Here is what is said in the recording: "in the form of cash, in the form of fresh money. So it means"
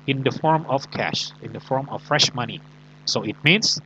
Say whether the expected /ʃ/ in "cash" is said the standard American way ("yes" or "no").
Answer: yes